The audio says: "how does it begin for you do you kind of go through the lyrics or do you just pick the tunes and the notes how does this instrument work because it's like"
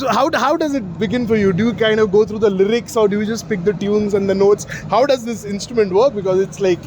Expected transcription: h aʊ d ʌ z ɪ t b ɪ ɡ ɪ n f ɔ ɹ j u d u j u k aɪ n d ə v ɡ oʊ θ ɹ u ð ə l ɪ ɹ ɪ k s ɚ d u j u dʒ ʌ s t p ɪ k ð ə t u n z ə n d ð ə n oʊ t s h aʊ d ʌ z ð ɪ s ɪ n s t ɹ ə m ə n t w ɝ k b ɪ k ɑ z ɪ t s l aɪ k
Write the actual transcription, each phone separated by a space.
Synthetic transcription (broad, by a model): h aʊ d ʌ z ɪ t b ɪ ɡ ɪ n f ɔ ɹ j u d u j u k aɪ n d ə v ɡ oʊ t ɹ u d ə l ɪ ɹ ɪ k s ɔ d u j u dʒ ʌ s t p ɪ k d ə t u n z ə n d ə n oʊ t s h aʊ d ʌ z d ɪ s ɪ n s t ɹ ə m ə n t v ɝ k b ɪ k ɑ z ɪ t s l aɪ k